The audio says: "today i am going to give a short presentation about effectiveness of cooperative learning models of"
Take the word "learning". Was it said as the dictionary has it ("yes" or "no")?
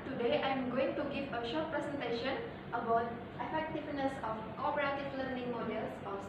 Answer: yes